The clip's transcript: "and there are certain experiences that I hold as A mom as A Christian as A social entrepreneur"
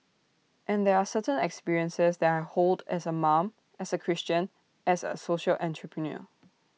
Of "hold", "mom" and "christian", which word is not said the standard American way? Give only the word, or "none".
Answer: none